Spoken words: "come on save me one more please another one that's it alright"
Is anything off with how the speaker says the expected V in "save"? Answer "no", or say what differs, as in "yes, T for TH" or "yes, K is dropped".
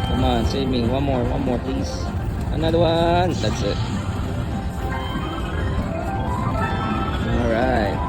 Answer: yes, W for V